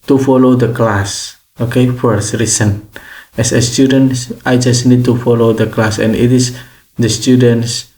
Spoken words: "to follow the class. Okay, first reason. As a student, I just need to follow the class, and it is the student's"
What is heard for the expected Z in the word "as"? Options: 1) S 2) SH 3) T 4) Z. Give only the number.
1